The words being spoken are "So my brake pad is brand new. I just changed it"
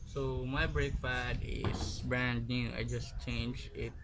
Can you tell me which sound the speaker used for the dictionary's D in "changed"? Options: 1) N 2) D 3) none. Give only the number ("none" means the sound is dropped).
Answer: 3